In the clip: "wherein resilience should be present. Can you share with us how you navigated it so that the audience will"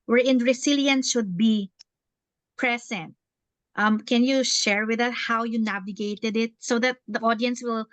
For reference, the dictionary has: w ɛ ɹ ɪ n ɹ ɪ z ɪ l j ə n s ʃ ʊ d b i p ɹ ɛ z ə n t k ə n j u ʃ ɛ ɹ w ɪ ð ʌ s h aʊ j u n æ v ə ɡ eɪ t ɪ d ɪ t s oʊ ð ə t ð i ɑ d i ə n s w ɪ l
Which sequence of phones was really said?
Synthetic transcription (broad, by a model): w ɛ ɹ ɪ n ɹ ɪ s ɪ l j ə n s ʃ ʊ d b i p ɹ ɛ s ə n t k ə n j u ʃ ɛ ɹ w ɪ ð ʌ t h aʊ j u n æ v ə ɡ eɪ t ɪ d ɪ t s oʊ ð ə t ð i ɑ d i ə n s w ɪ l